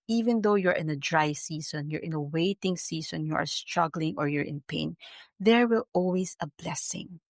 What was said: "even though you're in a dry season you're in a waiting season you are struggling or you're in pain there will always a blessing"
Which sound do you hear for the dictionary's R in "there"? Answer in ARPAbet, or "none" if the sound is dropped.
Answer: R